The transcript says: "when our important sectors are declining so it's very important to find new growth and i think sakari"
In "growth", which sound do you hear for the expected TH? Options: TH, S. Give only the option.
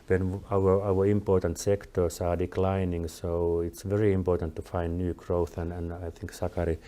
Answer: TH